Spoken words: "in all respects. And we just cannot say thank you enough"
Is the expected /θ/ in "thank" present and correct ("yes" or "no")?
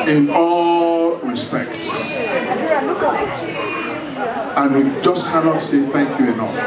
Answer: yes